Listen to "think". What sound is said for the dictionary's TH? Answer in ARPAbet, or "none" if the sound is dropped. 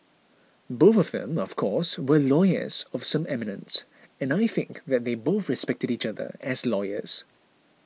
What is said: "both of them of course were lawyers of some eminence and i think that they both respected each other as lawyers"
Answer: TH